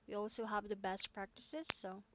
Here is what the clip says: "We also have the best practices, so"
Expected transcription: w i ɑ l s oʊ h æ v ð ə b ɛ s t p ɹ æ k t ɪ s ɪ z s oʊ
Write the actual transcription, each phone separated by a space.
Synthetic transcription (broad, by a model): w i ɑ l s oʊ h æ v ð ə b ɛ s t p ɹ æ k t ɪ s ɪ z s oʊ